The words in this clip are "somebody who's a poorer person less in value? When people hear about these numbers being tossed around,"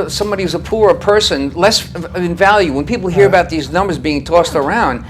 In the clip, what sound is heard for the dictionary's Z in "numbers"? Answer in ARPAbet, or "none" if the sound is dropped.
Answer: Z